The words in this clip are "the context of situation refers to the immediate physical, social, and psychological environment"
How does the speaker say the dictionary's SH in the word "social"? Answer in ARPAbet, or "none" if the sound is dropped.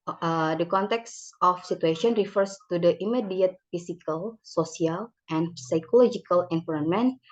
S